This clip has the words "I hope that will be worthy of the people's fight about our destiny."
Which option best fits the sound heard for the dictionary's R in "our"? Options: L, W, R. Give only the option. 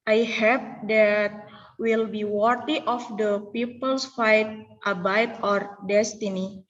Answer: R